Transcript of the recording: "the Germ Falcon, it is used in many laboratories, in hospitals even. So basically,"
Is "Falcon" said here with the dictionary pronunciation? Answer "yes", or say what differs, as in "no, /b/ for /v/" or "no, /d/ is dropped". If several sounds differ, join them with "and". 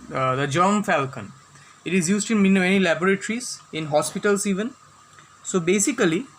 yes